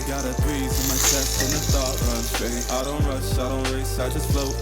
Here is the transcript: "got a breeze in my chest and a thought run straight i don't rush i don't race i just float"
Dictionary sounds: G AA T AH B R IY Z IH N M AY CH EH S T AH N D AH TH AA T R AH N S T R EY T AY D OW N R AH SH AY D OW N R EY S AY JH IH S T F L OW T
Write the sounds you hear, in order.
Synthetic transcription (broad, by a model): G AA T AH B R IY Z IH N M AY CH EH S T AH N AH S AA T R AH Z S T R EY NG AY D OW N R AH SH AY D OW N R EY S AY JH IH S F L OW